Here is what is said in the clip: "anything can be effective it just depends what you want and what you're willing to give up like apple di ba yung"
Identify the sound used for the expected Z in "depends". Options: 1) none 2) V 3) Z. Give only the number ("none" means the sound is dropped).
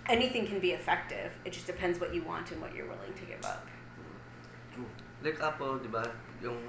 3